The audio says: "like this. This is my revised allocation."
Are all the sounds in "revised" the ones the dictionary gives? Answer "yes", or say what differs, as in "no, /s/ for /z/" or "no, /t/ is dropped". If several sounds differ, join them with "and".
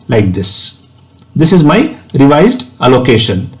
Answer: yes